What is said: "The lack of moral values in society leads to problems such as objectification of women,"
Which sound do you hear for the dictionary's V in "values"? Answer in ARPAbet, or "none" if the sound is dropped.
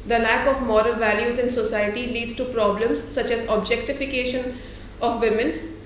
V